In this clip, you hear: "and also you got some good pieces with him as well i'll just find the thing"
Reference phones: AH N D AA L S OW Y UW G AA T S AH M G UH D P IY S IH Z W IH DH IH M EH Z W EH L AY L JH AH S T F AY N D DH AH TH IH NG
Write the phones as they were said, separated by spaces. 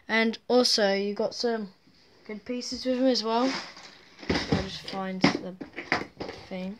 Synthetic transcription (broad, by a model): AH N AA L S OW Y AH G AA T S AH M G UH D P IY S IH Z W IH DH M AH Z W EH L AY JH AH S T F AY N D DH AH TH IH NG